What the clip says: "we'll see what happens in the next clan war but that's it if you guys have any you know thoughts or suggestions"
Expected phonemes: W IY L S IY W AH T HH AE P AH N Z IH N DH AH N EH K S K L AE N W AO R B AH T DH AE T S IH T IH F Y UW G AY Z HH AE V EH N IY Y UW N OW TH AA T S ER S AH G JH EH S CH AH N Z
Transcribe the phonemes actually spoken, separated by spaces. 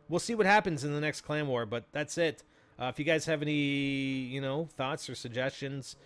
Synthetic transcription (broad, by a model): W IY L S IY W AH T HH AE P AH N Z IH N DH AH N EH K S K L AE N W AO R B AH T DH AE T S IH T IH F Y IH G AY Z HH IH V EH N IY Y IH N OW TH AA T S ER S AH G JH EH S CH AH N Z